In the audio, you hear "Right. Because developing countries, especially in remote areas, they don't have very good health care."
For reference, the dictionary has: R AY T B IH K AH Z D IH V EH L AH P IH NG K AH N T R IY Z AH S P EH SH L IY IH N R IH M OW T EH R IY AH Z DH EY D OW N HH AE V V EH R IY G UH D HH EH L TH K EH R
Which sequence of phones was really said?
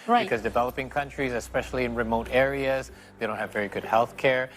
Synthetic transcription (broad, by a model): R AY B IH K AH Z D IH V EH L AH P IH NG K AH N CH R IY Z AH S P EH SH L IY IH N R IH M OW T EH R IY AH Z DH EY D OW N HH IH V V EH R IY G UH D HH EH L TH K EH R